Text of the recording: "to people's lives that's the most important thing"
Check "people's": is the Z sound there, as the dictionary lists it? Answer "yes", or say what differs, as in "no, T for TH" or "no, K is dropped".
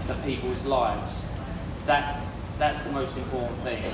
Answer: yes